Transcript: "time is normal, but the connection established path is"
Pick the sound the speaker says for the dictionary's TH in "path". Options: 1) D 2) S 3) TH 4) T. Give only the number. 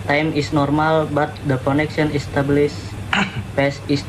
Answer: 2